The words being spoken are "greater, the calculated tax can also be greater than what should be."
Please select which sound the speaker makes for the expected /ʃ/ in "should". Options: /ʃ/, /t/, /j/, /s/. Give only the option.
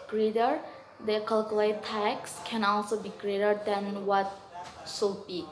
/s/